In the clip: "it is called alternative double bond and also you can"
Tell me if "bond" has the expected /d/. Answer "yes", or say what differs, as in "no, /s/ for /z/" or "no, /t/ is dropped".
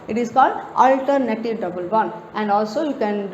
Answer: no, /d/ is dropped